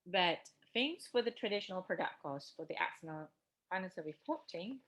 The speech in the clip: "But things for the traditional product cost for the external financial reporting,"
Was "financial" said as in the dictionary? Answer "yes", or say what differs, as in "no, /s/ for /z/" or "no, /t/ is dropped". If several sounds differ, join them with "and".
no, /s/ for /ʃ/